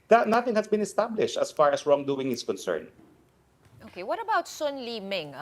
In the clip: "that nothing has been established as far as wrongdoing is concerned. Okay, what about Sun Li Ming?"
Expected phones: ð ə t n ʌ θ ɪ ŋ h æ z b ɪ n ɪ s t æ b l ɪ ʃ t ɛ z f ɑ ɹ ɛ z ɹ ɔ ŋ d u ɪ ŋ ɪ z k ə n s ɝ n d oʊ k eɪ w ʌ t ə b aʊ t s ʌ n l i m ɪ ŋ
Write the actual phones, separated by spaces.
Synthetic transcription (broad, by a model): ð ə t n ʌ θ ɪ ŋ h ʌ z b ɪ n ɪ s t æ b l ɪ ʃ t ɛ s f ɑ ɹ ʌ s ɹ ɔ ŋ d u ɪ ŋ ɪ s k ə n s ɝ n oʊ k eɪ w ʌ t ə b aʊ t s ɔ n l i m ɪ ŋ